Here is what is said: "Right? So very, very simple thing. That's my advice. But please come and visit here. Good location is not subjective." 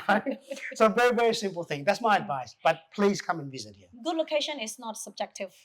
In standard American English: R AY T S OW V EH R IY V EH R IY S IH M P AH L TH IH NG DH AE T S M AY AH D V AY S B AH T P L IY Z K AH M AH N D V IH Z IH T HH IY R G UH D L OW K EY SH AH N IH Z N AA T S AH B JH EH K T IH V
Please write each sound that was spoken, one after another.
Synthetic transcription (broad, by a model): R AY S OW V EH R IY V EH R IY S IH M P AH L TH IH NG DH AE T S M AY AH D V AY S B AH T P L IY Z K AH M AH N V IH Z IH T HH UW G UH D L OW K EY SH AH N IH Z N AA T S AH B JH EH K T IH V